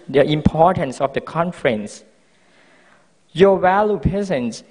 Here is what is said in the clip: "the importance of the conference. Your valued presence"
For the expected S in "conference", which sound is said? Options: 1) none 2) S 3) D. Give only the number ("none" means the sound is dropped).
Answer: 2